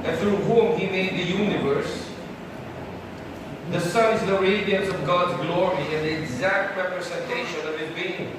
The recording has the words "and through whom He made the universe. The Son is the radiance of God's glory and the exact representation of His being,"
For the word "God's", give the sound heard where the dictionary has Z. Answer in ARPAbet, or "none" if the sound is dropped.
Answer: Z